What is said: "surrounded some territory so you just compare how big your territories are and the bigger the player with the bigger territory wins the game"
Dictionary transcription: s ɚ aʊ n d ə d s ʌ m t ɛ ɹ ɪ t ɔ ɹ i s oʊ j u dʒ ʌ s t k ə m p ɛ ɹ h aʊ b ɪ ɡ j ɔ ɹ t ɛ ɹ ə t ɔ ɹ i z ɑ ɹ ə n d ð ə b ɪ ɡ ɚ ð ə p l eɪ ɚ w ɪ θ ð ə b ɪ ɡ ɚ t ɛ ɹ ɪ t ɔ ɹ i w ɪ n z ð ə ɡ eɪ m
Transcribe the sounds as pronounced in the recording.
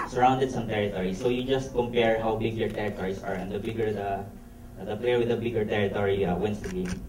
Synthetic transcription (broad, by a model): s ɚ aʊ n d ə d s ʌ m t ɛ ɹ ɪ t ɔ ɹ i s oʊ j u dʒ ʌ s t k ə m p ɛ ɹ h aʊ b ɪ ɡ j ɔ ɹ t ɛ ɹ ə t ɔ ɹ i s ɑ ɹ ə n d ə b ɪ ɡ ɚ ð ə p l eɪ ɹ w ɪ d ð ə b ɪ ɡ ɚ t ɛ ɹ ɪ t ɔ ɹ i w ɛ n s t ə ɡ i